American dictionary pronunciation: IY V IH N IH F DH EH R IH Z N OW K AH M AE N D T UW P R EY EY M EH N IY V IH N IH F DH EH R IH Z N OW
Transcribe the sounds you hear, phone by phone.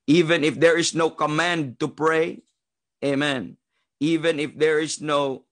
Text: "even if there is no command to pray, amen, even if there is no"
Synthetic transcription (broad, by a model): IY V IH N IH F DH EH R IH S N OW K AH M AE N D T UW P R EY EY M EH N IY V IH N IH F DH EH R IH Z N OW